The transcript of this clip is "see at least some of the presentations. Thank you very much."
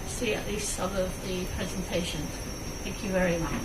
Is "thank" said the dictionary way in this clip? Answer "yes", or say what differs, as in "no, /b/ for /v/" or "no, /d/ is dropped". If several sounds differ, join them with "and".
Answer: yes